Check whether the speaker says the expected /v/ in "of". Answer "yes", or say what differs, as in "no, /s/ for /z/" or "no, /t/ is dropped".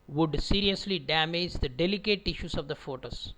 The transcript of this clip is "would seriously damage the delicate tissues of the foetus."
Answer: yes